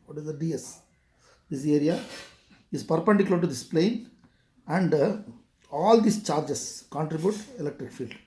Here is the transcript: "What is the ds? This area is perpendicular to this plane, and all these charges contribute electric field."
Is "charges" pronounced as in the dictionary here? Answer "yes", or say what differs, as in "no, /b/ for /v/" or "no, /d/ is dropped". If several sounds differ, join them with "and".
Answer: no, /s/ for /z/